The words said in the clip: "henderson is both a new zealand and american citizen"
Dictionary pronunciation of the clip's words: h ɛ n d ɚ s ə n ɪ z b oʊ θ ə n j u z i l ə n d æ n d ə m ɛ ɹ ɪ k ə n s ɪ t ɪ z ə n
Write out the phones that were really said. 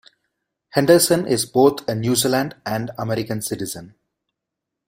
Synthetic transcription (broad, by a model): h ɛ n d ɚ s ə n ɪ z b oʊ t ə n j u z i l ə n d æ n d ə m ɛ ɹ ɪ k ə n s ɪ t ɪ z ə n